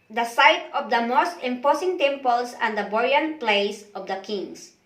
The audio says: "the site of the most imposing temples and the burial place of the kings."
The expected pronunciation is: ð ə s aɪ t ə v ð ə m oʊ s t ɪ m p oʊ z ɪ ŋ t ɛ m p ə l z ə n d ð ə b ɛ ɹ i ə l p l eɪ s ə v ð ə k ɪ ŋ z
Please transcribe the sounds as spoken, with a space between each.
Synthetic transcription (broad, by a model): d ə s aɪ t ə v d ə m oʊ s t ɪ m p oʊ s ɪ ŋ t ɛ m p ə l s ə n d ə b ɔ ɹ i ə n p l eɪ s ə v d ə k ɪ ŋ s